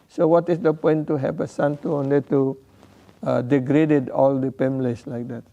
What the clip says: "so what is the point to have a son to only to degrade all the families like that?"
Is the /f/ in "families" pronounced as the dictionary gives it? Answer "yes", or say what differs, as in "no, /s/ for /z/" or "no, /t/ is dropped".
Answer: no, /p/ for /f/